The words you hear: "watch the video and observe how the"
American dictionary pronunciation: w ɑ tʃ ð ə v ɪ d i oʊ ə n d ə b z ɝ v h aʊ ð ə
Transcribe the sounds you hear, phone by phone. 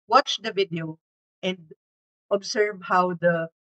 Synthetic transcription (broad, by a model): w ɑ tʃ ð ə v ɪ d i oʊ ə n d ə b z ɝ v h aʊ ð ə